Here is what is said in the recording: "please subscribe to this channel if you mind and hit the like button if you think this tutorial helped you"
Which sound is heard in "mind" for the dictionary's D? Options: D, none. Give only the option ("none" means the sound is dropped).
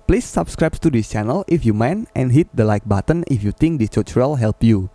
none